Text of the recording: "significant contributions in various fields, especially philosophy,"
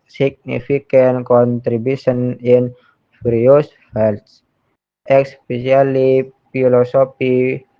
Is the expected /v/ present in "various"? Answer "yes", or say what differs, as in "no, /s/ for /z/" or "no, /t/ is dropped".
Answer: no, /f/ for /v/